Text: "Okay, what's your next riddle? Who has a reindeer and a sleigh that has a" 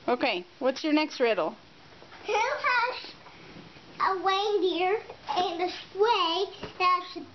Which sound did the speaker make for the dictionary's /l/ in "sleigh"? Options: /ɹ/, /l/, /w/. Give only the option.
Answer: /w/